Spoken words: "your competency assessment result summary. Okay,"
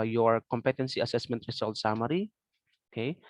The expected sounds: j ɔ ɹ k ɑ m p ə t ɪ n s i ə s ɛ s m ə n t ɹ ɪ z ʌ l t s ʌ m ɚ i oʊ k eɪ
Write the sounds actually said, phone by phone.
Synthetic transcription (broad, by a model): j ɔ ɹ k ɑ m p ə t ɪ n s i ə s ɛ s m ə n t ɹ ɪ s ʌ l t s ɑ m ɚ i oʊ k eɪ